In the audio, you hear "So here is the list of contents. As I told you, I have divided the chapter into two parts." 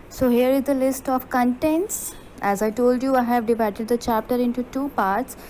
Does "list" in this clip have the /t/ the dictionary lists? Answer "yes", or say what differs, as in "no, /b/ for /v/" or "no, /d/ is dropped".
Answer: yes